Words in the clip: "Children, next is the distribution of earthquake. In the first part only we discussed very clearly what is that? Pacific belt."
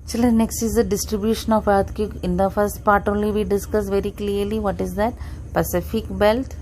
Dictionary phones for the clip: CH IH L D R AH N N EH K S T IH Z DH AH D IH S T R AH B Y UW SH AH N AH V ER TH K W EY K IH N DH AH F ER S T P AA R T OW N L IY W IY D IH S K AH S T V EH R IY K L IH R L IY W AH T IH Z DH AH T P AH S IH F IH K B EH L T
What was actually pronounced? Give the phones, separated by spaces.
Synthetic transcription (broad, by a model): CH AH L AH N N EH K S T IH Z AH D IH S T R AH B Y UW SH AH N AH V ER T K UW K IH N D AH F ER S T P AA R T OW N L IY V IY D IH S K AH S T V EH R IY K L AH R L IY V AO T IH Z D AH T P AH S IH F IH K B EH L T